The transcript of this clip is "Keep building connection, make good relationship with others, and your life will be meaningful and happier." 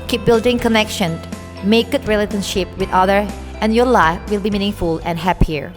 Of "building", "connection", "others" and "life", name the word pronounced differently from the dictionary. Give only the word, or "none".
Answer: others